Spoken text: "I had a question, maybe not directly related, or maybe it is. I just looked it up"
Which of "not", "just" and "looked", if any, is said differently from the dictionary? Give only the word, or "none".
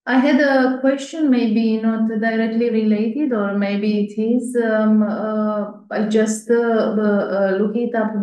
looked